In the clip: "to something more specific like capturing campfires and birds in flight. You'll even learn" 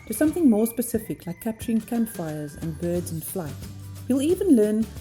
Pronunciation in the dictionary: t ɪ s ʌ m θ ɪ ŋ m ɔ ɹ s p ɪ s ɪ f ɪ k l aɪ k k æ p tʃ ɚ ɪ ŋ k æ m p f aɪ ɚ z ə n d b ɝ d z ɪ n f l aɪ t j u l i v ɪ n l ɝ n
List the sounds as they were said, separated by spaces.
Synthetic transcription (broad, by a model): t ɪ s ʌ m θ ɪ ŋ m ɔ ɹ s p ɪ s ɪ f ɪ k l aɪ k k æ p tʃ ɚ ɪ ŋ k æ m p f aɪ ɚ z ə n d b ɝ d z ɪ n f l aɪ t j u l i v ɪ n l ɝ n